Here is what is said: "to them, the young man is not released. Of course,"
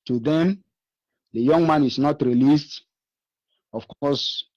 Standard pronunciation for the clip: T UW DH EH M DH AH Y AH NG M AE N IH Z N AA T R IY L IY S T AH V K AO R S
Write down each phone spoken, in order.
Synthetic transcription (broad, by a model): T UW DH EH M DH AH Y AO NG M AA N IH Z N AA T R IY L IY S T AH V K AO S